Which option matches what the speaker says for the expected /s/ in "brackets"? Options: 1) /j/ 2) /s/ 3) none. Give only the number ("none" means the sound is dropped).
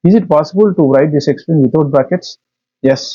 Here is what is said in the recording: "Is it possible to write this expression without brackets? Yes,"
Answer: 2